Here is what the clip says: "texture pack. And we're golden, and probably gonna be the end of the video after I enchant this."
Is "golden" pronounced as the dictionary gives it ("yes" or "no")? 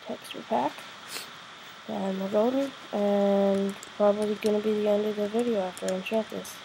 no